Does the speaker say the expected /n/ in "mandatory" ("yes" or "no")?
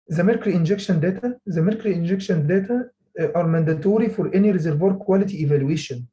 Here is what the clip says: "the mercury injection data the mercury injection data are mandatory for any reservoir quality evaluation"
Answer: yes